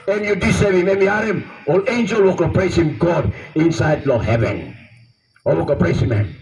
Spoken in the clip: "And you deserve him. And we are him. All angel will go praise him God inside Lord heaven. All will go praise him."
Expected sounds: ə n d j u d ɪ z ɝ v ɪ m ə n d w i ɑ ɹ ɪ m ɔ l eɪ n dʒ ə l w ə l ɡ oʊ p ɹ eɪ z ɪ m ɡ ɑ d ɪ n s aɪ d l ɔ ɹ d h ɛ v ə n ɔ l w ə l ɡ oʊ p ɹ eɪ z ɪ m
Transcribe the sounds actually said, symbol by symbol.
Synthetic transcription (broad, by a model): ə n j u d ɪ s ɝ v ɪ m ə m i ɑ ɹ ɪ m ɔ l eɪ n dʒ ə l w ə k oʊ p ɹ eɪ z ɪ m ɡ ɑ d ɪ n s aɪ d l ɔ h ɛ v ə n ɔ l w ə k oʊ p ɹ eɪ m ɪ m